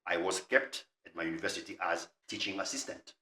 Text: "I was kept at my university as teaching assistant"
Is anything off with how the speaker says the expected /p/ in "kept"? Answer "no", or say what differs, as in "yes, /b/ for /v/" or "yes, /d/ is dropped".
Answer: no